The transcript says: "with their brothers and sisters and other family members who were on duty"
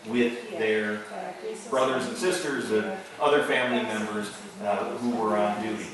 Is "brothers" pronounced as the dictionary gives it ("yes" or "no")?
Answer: yes